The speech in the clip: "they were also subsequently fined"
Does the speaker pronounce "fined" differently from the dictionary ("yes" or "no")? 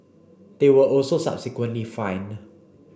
yes